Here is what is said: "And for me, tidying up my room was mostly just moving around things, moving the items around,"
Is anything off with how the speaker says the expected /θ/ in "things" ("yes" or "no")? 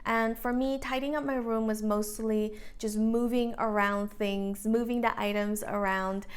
no